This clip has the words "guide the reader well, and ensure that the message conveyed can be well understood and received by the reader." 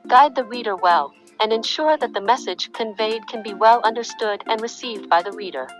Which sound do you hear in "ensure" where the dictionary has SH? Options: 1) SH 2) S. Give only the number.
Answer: 1